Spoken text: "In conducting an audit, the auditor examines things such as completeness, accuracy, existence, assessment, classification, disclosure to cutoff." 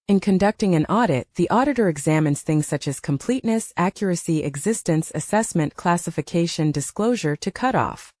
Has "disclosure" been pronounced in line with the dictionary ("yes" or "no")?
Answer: yes